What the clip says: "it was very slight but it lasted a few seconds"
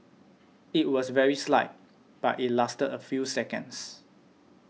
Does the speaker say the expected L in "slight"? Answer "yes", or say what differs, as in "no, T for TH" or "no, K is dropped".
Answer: yes